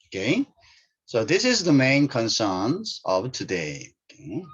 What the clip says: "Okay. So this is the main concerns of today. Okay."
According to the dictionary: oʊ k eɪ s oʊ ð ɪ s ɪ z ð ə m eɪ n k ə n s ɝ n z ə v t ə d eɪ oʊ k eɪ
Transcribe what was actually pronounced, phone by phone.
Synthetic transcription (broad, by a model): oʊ k eɪ s oʊ ð ɪ s ɪ z ð ə m eɪ n k ə n s ɝ n z ə v t ə d eɪ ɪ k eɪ